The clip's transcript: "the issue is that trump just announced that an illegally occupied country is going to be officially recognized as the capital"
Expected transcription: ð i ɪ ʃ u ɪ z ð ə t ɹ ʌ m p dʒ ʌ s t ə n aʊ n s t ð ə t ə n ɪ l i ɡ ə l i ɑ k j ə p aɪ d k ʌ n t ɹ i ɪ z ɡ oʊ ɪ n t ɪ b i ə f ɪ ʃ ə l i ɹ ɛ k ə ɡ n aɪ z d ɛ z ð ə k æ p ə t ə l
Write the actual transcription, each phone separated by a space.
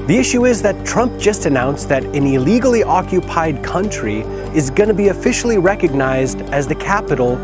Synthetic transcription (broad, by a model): ð i ɪ ʃ u ɪ z ð ə t ɹ ʌ m p dʒ ʌ s t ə n aʊ n s ð ə t ə n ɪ l i ɡ l i ɑ k j ə p aɪ d k ʌ n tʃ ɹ i ɪ z ɡ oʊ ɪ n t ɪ b i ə f ɪ ʃ l i ɹ ɛ k ə ɡ n aɪ z d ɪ z ð ə k æ p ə t l